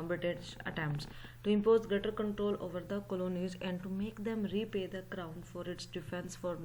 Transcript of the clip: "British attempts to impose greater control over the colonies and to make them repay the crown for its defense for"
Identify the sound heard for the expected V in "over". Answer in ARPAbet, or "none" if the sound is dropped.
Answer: V